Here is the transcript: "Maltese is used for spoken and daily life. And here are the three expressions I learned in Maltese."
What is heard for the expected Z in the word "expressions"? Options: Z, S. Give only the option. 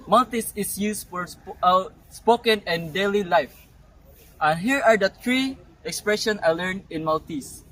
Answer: S